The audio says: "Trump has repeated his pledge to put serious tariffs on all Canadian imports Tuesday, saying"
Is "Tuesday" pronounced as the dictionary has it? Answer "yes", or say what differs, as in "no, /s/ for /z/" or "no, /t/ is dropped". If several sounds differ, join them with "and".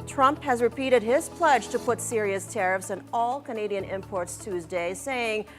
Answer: yes